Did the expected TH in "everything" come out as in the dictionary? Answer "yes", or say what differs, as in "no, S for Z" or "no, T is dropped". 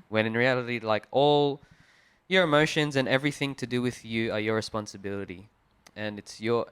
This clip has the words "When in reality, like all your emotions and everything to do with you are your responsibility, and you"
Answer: yes